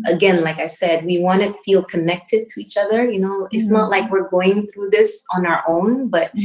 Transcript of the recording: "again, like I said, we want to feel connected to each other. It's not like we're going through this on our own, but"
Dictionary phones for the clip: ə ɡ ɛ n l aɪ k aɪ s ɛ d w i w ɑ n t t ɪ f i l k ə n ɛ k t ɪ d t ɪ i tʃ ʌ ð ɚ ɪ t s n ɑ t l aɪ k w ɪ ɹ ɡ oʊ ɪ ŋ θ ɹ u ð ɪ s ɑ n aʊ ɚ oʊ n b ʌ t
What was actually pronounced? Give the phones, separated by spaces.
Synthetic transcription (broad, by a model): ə ɡ ɛ n l aɪ k aɪ s ɛ d w i w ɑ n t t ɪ f i l k ə n ɛ k t ɪ d t ɪ i tʃ ʌ ð ɚ ɪ t s n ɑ t l aɪ k w ɪ ɹ ɡ oʊ ɪ ŋ θ ɹ u ð ɪ s n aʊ ɚ oʊ n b ʌ t